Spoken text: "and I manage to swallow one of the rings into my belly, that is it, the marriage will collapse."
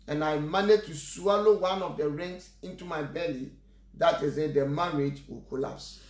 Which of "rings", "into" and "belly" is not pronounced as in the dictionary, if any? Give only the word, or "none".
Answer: rings